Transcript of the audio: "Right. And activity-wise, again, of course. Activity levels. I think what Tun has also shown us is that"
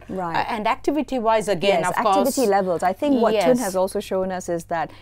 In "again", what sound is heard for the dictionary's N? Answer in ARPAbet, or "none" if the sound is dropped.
none